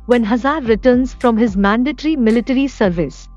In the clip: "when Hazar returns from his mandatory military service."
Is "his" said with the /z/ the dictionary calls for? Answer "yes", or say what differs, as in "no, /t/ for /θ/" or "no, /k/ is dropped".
yes